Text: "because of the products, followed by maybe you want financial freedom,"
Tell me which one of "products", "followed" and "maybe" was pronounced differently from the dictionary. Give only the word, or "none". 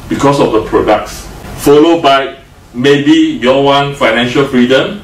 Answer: none